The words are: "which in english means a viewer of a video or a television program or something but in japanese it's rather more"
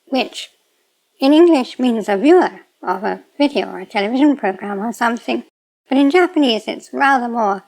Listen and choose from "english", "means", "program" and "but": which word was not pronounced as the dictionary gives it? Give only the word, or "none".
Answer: none